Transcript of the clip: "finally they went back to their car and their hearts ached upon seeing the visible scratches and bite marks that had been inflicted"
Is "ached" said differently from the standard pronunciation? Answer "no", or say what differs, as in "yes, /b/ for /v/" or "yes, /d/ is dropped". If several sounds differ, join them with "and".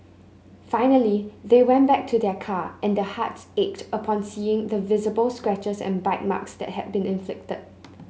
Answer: no